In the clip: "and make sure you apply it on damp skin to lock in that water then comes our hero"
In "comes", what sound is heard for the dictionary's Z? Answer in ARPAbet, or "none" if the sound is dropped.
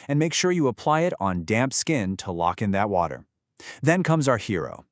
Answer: Z